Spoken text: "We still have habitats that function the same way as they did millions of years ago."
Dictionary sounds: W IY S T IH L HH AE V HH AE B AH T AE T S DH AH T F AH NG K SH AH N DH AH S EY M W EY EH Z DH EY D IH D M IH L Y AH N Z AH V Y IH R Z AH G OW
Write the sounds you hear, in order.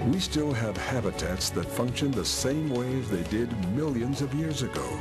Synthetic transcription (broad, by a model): W IY S T IH L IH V HH AE B AH T AE T S DH AH T F AH NG K SH AH N DH AH S EY M W EY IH Z DH EY D IH D M IH L Y AH N Z AH V Y IH R Z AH G OW